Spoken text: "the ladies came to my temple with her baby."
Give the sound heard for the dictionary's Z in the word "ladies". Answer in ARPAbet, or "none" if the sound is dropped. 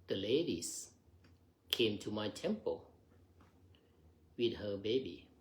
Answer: S